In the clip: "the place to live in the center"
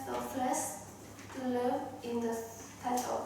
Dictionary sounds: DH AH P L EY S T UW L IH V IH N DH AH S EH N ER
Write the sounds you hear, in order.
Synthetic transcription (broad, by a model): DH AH F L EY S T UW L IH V IH N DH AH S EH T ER